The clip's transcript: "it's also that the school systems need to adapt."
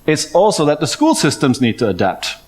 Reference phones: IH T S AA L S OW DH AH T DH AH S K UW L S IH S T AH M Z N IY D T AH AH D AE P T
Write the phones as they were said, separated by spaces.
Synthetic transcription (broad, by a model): IH T S AA L S OW DH AH T DH AH S K UW L S IH S T AH M Z N IY D T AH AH D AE P T